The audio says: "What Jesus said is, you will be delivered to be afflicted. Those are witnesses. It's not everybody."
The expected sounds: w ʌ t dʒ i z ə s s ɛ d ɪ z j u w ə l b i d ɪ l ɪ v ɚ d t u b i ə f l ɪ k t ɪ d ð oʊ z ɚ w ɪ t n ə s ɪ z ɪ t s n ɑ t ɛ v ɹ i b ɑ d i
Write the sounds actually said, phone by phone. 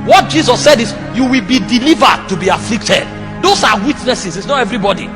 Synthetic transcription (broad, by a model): w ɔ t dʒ i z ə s s ɛ d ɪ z j u w ə l b i d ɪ l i v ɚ d t u b i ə f l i k t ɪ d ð oʊ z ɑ w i t n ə s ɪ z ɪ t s n ɑ t ɛ v ɹ i b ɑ d i